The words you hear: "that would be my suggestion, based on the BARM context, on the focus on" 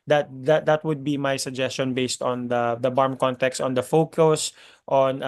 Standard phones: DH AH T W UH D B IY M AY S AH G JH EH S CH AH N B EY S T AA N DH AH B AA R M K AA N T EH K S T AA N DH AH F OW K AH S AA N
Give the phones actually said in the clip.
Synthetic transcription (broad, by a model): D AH T W UH D B IY M AY S AH G JH EH S CH AH N B EY S T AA N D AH B AA R M K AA N T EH K S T AA N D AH F OW K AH S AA N